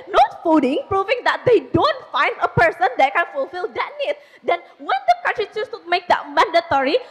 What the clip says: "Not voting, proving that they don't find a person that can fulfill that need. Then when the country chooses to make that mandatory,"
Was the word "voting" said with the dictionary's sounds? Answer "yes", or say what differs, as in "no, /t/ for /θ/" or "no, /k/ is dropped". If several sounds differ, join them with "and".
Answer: no, /f/ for /v/